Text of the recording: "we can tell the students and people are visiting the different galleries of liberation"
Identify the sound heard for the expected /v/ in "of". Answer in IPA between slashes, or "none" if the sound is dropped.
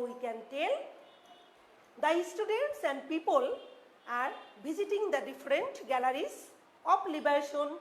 /p/